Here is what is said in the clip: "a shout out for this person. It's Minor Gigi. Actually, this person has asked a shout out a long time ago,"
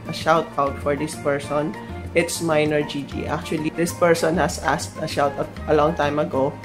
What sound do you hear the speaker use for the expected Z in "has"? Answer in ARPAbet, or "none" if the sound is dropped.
S